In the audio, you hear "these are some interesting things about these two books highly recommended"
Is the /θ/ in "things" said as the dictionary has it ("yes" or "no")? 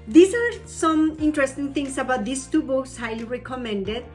no